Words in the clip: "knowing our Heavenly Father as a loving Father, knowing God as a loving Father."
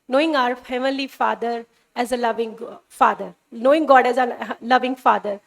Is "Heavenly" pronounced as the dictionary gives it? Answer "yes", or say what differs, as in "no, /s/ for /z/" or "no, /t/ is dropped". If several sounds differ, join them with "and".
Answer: no, /n/ is dropped